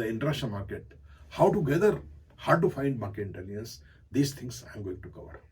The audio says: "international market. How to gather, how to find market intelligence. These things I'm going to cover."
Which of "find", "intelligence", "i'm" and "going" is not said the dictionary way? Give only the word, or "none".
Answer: intelligence